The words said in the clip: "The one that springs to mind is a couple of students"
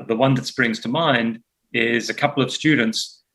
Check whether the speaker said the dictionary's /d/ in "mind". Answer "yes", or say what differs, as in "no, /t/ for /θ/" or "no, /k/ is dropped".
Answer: yes